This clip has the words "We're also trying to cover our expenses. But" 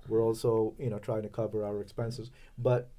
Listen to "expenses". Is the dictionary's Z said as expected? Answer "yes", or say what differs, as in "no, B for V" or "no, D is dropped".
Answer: yes